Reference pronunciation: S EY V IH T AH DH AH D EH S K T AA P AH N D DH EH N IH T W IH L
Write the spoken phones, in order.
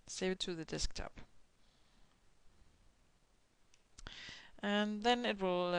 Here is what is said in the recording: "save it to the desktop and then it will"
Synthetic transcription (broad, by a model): S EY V IH T AH DH AH D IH S K T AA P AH N DH EH N IH T W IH L